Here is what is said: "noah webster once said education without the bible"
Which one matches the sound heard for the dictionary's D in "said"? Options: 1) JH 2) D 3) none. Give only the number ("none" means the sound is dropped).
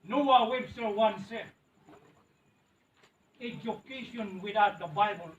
3